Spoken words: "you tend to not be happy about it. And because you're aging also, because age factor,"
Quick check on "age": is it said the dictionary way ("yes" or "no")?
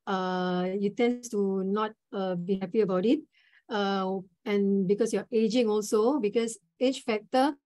no